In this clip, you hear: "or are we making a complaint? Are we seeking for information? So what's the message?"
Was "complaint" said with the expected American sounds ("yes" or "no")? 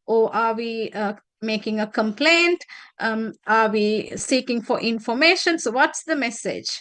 yes